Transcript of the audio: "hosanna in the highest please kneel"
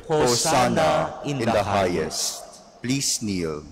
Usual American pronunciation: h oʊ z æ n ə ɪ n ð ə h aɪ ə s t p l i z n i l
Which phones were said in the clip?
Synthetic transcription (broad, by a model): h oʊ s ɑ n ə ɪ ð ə h aɪ ə s t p l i s n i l